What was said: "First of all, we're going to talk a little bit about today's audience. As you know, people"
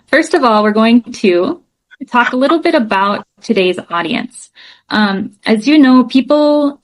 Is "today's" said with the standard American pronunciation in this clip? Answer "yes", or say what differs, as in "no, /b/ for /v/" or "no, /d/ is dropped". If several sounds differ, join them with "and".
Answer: yes